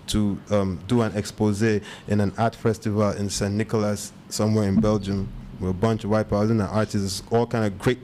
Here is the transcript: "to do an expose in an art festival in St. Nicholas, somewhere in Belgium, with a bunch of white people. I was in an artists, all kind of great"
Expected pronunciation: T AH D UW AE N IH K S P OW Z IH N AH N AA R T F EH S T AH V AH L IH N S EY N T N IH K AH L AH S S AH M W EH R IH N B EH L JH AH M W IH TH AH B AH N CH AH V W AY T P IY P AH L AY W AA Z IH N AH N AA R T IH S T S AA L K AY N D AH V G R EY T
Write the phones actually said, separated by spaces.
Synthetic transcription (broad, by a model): T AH D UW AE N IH K S P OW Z IH N AH N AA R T F EH S T AH V AH L IH N S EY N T N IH K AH L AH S S AH M W EH R IH N B EH L JH AH M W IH AH B AH N CH AH V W AY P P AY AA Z IH N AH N AA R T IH S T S AA L K AY N D AH V G R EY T